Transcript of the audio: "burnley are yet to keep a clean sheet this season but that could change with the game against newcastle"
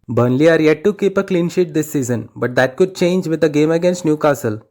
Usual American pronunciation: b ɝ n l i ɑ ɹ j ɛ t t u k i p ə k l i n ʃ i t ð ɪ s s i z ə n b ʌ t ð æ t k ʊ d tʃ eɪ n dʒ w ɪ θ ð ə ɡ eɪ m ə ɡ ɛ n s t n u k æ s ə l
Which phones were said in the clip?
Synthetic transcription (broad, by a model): b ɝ n l i ɑ ɹ j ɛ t t u k i p ə k l i n ʃ i t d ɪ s s i z ə n b ʌ t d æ t k ʊ d tʃ eɪ n dʒ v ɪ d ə ɡ eɪ m ə ɡ ɛ n s t n u k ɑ s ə l